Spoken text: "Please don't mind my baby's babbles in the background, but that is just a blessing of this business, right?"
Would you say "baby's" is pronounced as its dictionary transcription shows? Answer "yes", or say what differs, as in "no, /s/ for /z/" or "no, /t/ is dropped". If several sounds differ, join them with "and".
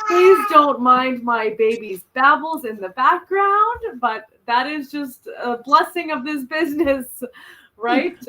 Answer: yes